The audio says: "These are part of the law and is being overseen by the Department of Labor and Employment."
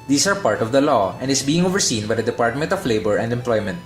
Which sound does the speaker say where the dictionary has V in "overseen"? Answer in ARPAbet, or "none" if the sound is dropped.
V